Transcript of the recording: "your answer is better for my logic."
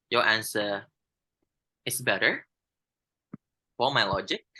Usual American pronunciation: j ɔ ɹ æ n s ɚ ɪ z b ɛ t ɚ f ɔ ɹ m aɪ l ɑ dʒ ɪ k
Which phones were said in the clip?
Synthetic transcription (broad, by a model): j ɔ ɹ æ n s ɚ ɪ s b ɛ t ɚ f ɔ l m aɪ l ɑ dʒ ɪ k